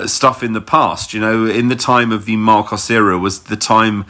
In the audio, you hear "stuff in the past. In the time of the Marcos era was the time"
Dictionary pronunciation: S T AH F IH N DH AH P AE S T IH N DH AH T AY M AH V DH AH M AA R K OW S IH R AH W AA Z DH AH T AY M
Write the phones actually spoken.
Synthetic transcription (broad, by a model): S T AH F IH N DH AH P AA S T IH N DH AH T AY M AH V DH AH M AA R K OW S IH R AH W AA Z DH AH T AY M